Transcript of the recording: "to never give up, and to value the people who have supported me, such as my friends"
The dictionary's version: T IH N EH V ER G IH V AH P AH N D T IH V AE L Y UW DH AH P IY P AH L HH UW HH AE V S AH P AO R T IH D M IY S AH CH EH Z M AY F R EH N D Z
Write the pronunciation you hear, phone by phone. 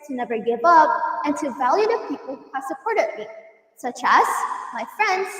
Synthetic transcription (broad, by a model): T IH N EH V ER G IH V AH P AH N T IH V AE L Y UW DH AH P IY P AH L HH UW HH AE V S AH P AO R T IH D M IY S AH CH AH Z M AY F R EH N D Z